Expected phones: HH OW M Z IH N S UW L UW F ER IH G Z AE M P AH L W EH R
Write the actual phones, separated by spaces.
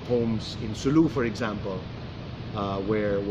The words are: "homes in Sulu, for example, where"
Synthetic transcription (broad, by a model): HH OW M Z IH N S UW L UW F ER IH G Z AE M P AH L W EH R